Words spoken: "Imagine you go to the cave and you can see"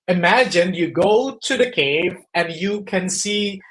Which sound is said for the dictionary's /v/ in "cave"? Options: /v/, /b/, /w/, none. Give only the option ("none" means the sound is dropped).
/v/